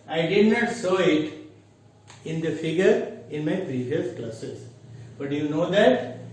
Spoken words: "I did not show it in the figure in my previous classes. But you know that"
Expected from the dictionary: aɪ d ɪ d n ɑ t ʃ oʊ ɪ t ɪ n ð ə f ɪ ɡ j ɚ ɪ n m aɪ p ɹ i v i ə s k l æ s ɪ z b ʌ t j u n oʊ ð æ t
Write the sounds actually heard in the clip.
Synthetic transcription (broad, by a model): aɪ d ɪ d n ɑ t s oʊ ɪ t ɪ n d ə f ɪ ɡ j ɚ ɪ n m aɪ p ɹ i v i ə s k l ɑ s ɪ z b ʌ t j u n oʊ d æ t